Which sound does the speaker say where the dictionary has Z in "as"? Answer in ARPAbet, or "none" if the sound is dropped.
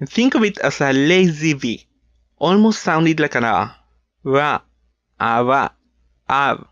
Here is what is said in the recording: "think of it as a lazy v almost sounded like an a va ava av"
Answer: S